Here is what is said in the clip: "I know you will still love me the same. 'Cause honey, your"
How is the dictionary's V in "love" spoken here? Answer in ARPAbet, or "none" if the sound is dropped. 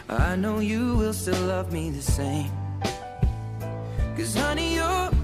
V